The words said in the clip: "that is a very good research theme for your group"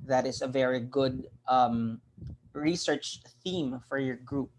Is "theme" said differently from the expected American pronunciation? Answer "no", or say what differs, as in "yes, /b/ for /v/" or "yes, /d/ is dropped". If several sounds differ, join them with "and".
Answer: no